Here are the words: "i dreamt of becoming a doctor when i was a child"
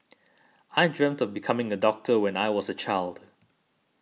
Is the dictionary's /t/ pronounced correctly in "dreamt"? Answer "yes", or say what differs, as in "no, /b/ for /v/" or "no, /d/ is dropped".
yes